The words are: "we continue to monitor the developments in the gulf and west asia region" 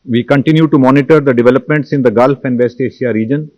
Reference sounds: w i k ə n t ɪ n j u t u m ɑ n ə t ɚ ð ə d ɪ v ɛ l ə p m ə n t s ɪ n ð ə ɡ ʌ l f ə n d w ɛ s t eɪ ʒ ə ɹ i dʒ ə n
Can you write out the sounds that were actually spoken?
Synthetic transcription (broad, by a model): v i k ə n t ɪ n j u t u m ɑ n ə t ɚ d ə d ɪ v ɛ l ə p m ə n t s ɪ n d ə ɡ ʌ l f ə n d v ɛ s t eɪ ʃ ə ɹ i dʒ ə n